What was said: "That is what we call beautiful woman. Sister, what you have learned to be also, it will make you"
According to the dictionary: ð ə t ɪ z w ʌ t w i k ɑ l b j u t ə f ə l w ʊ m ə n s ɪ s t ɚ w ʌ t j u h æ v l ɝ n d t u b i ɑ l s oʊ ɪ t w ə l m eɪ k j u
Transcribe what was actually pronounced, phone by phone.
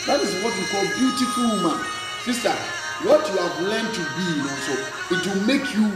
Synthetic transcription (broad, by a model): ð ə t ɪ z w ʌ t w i k ɑ l b j u t ə f ə l m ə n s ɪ s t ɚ w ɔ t j u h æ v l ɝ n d t u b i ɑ s oʊ ɪ t w ə l m eɪ k j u